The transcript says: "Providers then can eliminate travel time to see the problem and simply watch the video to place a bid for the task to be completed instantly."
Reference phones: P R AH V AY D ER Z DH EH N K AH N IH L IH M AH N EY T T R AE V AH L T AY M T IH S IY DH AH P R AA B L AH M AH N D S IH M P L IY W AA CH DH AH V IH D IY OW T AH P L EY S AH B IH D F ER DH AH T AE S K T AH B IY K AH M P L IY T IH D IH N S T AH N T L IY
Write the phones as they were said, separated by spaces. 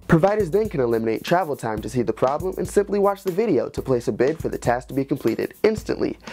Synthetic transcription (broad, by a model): P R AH V AY D ER Z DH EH N K AH N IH L IH M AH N EY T T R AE V L T AY M T IH S IY DH AH P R AA B L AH M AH N S IH M P L IY W AA CH DH AH V IH D IY OW T AH P L EY S AH B IH D F ER DH AH T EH S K T AH B IY K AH M P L IY T IH D IH N S T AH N T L IY